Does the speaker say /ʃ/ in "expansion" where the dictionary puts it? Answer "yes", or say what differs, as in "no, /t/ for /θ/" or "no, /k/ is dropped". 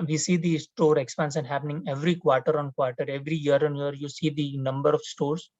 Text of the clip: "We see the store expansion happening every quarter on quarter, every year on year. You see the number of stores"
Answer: no, /s/ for /ʃ/